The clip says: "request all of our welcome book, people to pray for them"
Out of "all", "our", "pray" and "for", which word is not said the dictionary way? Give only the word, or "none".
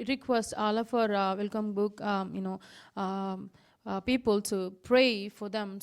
none